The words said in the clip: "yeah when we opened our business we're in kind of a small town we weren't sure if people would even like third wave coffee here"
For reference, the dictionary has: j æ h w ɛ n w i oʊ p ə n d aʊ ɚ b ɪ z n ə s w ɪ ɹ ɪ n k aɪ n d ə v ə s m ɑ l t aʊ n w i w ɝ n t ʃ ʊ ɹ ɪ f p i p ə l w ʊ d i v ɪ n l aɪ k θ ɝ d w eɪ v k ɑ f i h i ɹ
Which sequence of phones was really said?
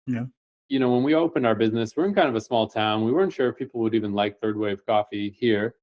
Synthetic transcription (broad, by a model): j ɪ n w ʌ n w i oʊ p ə n d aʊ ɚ b ɪ z n ə s w ɪ ɹ ɪ n k aɪ n d ə v ə s m ɑ l t aʊ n w i w ɝ n t ʃ ʊ ɹ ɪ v p i p l w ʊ d i v ɪ n l aɪ k θ ɝ d w eɪ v k ɑ f i h i ɹ